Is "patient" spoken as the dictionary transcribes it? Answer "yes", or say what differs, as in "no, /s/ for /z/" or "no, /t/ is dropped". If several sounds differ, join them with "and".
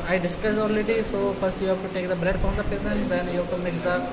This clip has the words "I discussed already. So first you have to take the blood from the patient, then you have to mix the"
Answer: no, /s/ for /ʃ/